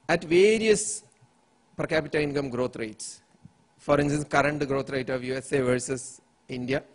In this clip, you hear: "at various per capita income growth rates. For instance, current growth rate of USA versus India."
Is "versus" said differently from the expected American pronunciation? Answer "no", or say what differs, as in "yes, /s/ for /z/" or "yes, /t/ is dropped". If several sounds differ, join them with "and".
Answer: no